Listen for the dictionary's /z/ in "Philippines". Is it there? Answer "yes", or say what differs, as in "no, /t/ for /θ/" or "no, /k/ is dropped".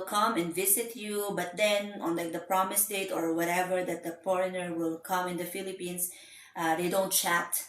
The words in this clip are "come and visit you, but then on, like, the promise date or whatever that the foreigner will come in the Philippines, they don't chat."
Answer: no, /s/ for /z/